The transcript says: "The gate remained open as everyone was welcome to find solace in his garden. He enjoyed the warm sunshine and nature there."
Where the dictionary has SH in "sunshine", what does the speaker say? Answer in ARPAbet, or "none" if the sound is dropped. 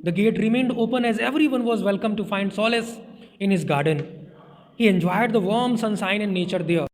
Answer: S